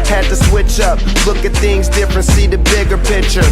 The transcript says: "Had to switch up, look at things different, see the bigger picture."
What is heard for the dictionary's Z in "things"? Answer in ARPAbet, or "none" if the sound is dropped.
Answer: Z